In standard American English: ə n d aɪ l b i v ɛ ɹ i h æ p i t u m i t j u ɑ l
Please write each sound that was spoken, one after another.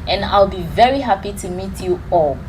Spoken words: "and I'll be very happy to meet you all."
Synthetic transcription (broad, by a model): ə n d aɪ l b i v ɛ ɹ i h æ p i t u m i t j u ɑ l